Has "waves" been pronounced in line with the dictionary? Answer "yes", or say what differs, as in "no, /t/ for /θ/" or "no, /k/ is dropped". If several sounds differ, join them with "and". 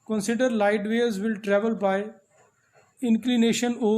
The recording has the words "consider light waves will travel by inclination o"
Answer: no, /v/ is dropped